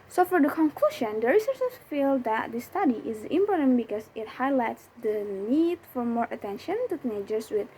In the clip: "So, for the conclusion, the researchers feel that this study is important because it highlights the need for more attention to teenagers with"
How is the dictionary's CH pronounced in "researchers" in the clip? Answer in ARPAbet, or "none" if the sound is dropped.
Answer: S